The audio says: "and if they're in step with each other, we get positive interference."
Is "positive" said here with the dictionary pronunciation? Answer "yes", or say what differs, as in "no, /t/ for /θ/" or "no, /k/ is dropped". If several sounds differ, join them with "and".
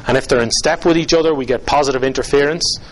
yes